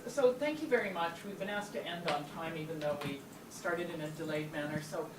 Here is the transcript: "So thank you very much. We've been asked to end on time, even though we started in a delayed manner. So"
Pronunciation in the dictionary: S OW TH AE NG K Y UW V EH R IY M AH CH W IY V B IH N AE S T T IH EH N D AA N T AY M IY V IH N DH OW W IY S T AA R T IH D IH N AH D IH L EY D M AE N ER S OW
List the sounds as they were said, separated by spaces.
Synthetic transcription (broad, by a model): S OW TH AE NG K Y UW V EH R IY M AH CH W IY V B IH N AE S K T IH EH N D N T AY M IY V IH N DH OW W IY S T AA R T IH D IH N AH D IH L EY D M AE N ER S OW